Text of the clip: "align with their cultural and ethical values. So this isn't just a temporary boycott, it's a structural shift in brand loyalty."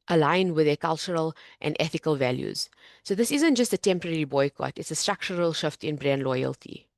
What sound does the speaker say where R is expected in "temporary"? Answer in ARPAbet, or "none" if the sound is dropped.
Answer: R